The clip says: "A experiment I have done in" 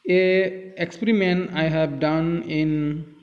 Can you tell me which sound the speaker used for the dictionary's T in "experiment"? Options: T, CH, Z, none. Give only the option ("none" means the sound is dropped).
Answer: none